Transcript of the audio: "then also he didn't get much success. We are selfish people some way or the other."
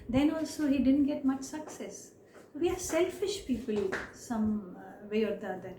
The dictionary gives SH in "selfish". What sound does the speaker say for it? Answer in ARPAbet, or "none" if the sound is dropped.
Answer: SH